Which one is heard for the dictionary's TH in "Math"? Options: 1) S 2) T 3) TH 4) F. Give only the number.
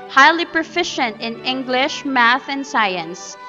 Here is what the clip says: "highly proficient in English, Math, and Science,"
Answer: 3